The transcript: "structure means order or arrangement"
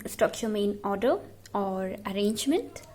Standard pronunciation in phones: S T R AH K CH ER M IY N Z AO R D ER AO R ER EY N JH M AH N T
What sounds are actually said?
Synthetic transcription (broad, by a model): S T R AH K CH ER M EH N AO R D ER AO R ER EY N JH M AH N T